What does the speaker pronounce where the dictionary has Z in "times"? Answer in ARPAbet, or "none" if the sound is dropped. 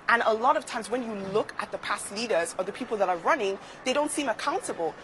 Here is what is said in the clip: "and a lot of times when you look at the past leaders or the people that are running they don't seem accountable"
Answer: Z